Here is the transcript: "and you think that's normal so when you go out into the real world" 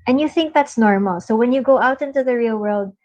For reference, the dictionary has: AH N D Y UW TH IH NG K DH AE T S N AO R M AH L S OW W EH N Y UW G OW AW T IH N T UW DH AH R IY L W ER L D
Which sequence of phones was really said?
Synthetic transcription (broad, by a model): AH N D Y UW TH IH NG K DH AE T S N AO R M AH L S OW W EH N Y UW G OW AW T IH N T UW DH AH R IY L W ER L D